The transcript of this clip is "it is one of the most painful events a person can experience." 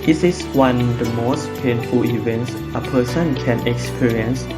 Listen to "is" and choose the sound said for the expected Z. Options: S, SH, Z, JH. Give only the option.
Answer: S